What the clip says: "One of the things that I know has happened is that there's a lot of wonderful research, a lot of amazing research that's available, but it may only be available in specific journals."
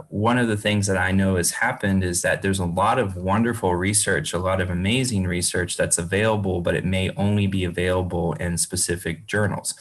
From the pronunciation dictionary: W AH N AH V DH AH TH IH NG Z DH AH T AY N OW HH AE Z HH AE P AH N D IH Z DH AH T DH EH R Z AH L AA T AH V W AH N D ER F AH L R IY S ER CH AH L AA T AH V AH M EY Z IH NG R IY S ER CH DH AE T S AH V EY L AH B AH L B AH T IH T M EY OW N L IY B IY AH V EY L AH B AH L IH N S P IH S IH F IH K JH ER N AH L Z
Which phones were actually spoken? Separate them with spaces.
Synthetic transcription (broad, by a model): W AH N AH V DH AH TH IH NG Z DH AH T AY N OW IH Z HH AE P AH N D IH Z DH AH T DH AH R Z AH L AA T AH V W AH N D ER F L R IY S ER CH AH L AA T AH V AH M EY Z IH NG R IY S ER CH DH AE T S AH V EY L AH B L B AH T IH T M EY OW N L IY B IY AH V EY L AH B L IH N S P IH S IH F IH K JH ER N L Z